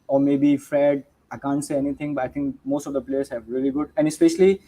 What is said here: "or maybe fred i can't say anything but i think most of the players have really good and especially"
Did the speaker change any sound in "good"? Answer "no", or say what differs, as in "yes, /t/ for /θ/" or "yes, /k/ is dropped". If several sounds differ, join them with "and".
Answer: no